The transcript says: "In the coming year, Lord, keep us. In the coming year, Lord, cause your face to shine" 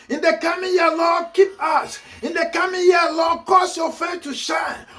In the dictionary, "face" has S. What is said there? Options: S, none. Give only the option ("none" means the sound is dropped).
none